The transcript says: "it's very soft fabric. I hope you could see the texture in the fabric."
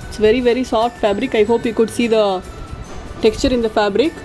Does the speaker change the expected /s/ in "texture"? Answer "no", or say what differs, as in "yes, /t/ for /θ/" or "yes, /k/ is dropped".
no